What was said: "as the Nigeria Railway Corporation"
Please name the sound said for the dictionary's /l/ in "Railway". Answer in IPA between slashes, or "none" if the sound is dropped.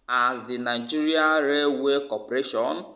none